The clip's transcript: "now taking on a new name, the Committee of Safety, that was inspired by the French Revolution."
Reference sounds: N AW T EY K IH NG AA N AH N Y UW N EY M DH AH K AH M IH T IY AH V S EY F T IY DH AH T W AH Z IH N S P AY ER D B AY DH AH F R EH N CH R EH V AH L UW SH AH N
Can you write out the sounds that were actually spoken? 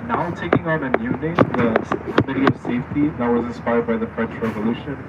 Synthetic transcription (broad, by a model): N AW T EY K IH NG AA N AH N Y UW N EY M DH AH K AH M IH T IY AH V S EY F T IY DH AH T W AH Z IH N S P AY ER D B AY DH AH F R EH N CH R EH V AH L UW SH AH N